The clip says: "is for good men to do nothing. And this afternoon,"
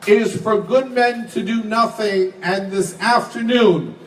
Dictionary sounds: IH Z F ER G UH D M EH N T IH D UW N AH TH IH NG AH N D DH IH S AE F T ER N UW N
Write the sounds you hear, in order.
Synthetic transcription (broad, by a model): IH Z F ER G UH D M EH N T IH D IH N AH TH IH NG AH N DH IH S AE F T ER N UW N